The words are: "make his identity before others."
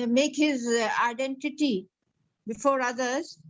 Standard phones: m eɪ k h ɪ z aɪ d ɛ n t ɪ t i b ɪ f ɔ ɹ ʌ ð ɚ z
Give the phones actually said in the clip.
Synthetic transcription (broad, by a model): m eɪ k h ɪ z aɪ d ɛ n t ɪ t i b ɪ f ɔ ɹ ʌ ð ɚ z